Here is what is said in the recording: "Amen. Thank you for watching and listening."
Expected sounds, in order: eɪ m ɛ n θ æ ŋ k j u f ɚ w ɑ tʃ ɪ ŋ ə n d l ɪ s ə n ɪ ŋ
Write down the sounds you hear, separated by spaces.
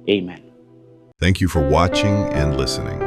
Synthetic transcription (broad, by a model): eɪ m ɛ n θ æ ŋ k j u f ɚ w ɑ tʃ ɪ ŋ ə n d l ɪ s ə n ɪ ŋ